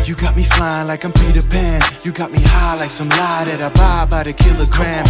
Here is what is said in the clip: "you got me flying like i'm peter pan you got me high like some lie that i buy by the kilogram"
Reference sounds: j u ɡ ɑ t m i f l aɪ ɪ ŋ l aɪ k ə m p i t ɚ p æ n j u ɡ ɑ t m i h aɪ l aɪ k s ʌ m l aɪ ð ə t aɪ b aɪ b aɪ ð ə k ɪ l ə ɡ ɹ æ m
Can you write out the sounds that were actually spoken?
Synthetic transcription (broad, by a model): j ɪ ɡ ɑ t m i f aɪ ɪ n l aɪ k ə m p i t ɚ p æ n j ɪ ɡ ɑ t m i h aɪ l aɪ k s ʌ m l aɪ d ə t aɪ b aɪ b aɪ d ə k ɪ l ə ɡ ɹ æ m